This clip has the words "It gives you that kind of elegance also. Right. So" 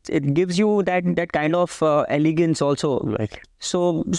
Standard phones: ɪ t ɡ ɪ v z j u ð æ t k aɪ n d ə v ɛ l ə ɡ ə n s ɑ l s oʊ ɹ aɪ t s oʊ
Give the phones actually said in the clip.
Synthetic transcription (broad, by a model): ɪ t ɡ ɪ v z j u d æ t k aɪ n d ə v ɛ l ə ɡ ə n s ɑ l s oʊ l aɪ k s oʊ